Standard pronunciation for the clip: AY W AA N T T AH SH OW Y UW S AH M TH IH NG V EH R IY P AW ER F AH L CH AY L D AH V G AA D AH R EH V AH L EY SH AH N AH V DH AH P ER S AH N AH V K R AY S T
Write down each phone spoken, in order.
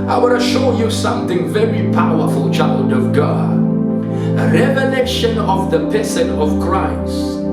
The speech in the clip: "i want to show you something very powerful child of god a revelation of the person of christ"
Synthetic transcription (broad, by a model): AY W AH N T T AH SH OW Y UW S AH M TH IH NG V EH R IY P AW ER F AH L CH AY L D AH V G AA AH R EH V AH L EY SH AH N AH V DH AH P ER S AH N AH V K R AY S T